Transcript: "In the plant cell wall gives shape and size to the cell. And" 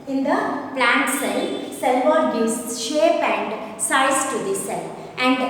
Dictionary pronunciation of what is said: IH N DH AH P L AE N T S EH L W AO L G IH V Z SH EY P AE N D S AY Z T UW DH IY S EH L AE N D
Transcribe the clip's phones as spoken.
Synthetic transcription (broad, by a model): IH N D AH P L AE N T S EH L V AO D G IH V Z SH EY P AE N D S AY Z T UW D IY S EH L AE N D